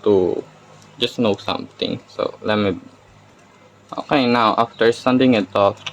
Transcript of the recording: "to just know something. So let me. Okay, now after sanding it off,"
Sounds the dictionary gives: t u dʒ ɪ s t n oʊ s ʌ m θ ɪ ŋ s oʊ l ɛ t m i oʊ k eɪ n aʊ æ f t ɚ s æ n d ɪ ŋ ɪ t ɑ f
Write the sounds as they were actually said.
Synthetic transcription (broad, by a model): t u dʒ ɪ s n oʊ s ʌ m t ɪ ŋ s oʊ l ɛ t m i oʊ k eɪ n aʊ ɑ f t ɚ s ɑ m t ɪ ŋ ɪ t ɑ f